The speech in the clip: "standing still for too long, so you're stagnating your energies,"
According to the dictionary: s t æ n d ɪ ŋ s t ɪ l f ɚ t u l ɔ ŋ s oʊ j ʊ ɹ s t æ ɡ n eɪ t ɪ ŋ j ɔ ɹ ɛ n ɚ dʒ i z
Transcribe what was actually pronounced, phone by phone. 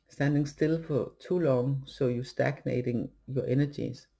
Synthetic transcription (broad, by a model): s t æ n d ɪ ŋ s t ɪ l f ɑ s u l ɔ ŋ s oʊ j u s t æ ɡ n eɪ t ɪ ŋ j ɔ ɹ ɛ n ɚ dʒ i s